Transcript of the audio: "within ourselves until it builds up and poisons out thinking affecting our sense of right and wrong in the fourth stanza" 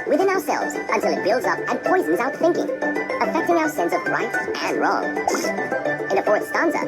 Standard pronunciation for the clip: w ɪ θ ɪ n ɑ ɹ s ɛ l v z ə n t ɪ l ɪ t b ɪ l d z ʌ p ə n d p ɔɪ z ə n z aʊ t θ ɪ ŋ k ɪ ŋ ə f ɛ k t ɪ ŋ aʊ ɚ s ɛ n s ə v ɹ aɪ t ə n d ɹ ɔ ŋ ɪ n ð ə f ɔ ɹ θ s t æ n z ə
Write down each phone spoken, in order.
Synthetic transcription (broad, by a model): w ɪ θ ɪ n ɑ ɹ s ɛ l v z ə n t ɪ l ɪ t b ɪ l d z ʌ p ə n p ɔɪ z n z aʊ t θ ɪ ŋ k ɪ ŋ ə f ɛ k t ɪ ŋ aʊ ɚ s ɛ n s ə v ɹ aɪ t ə n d ɹ ɔ ŋ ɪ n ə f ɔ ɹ t s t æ n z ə